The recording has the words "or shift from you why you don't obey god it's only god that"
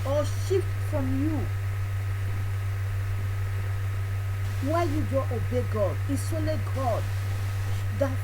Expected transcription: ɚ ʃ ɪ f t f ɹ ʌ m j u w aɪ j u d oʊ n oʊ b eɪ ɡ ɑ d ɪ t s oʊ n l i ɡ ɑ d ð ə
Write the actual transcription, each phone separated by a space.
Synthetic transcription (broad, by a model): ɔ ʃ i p f ɹ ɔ m j u w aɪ j u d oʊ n oʊ b eɪ ɡ ɑ d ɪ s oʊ l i ɡ ɑ d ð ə